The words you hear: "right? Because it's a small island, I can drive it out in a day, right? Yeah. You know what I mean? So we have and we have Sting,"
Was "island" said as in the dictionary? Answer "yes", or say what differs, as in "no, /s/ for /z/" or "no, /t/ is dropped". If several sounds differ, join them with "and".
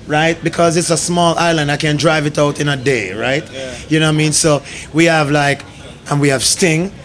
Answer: yes